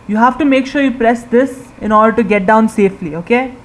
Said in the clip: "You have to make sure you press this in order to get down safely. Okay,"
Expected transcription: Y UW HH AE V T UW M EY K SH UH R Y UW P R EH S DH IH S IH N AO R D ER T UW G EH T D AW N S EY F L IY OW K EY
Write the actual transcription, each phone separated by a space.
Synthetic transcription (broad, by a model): Y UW HH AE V T UW M EY K SH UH R Y UW P R EH S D IH S IH N AO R D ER T UW G EH T D AW N S EY F L IY OW K EY